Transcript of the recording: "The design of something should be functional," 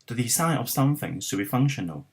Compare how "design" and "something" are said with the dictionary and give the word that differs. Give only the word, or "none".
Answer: design